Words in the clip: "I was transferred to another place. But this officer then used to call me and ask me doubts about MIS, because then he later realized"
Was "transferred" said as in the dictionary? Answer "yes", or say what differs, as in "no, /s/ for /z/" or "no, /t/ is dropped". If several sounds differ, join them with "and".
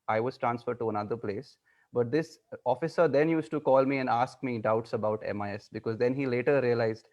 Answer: yes